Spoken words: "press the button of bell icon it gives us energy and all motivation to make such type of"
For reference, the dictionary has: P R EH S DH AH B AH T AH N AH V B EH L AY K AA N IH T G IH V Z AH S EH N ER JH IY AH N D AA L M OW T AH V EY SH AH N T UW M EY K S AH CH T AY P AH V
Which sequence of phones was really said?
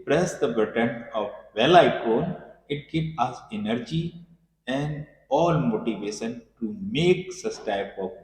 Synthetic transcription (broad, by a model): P R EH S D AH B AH T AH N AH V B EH L AY K AA N IH T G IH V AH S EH N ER JH IY AH N D AA L M OW T AH V EY SH AH N T UW M EY K S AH S T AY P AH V